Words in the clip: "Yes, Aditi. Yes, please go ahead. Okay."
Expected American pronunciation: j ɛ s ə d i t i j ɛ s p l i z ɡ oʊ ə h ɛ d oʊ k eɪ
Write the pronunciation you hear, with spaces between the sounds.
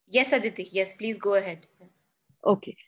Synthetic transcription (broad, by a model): j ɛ s ə d i t i j ɛ s p l i z ɡ oʊ ə h ɛ d oʊ k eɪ